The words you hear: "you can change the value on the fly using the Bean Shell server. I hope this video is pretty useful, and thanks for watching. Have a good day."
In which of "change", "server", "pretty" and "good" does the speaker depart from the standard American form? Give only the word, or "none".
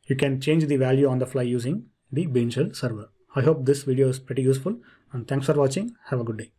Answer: none